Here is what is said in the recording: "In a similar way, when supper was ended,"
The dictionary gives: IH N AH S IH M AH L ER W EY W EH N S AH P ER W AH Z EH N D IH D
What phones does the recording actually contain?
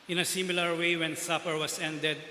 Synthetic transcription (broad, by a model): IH N AH S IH M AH L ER W EY W EH N S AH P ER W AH S EH N D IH D